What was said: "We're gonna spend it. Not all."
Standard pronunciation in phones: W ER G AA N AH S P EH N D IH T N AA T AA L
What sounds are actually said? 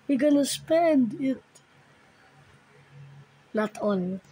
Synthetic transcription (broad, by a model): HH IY G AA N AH S P EH N D IH T L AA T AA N